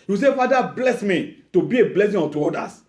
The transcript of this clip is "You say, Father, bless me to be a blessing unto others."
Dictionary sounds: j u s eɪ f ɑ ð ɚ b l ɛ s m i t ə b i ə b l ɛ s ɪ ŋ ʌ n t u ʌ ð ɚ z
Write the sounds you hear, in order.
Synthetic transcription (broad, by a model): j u s eɪ f ɑ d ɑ b l ɛ s m i t ə b i ə b l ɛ s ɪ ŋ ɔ t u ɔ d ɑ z